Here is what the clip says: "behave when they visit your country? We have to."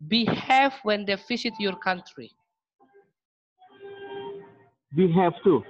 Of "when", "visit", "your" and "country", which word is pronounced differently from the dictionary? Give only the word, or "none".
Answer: visit